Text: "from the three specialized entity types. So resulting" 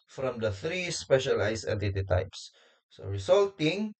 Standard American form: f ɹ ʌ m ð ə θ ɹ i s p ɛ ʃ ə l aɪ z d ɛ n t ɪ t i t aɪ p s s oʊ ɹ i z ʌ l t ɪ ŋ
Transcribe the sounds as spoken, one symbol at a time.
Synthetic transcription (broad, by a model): f ɹ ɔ m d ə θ ɹ i s p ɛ ʃ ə l aɪ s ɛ t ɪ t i t aɪ p s s oʊ ɹ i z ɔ l t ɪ ŋ